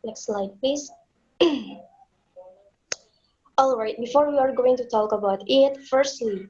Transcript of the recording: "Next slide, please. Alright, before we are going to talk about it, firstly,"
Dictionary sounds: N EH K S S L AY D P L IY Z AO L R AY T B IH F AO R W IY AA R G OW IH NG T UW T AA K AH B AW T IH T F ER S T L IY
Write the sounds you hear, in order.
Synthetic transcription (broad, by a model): N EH K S S L AY D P L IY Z AO L R AY T B IH F AO R W IY AA R G OW IH NG T UW T AA K AH B AW T IH T F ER S T L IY